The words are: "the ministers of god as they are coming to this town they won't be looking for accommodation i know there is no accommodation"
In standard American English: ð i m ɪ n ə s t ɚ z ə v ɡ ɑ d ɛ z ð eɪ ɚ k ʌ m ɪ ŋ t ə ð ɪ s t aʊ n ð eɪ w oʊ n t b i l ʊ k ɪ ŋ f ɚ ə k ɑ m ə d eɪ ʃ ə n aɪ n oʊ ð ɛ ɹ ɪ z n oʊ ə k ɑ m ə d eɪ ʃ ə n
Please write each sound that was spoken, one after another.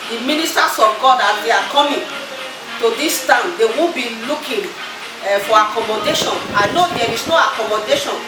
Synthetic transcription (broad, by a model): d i m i n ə s t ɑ s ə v ɡ ɑ d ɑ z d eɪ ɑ k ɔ m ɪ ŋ t ə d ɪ s t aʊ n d eɪ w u b i l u k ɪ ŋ f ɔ ə k ɑ m ə d eɪ ʃ ə n aɪ n oʊ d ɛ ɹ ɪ s n oʊ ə k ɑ m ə d eɪ ʃ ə n